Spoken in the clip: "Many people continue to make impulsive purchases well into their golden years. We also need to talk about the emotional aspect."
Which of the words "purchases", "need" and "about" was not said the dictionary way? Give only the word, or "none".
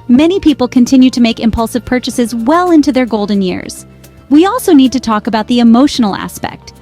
none